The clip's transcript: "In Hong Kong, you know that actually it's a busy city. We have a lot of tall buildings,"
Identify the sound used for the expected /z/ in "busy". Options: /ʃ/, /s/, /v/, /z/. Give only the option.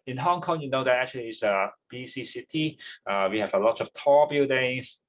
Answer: /s/